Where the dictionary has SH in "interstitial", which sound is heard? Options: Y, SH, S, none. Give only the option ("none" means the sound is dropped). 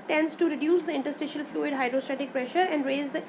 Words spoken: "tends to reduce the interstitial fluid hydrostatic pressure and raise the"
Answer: SH